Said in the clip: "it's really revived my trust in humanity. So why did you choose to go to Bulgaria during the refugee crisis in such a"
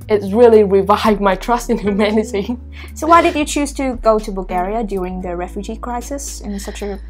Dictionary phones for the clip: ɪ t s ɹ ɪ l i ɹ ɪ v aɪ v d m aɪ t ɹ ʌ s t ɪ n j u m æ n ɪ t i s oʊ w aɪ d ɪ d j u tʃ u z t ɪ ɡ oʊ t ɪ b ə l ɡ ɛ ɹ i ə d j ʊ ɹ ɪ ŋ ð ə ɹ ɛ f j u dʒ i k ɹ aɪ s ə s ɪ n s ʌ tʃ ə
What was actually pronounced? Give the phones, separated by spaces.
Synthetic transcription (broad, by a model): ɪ t s ɹ ɪ l i ɹ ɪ v aɪ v m aɪ t ɹ ʌ s t ɪ n j u m æ n ɪ t i s oʊ w aɪ d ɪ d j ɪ tʃ u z t ɪ ɡ oʊ t ɪ b ə l ɡ ɛ ɹ i ə d j ʊ ɹ ɪ ŋ ð ə ɹ ɛ f j u dʒ i k ɹ aɪ s ə s ɪ n s ʌ tʃ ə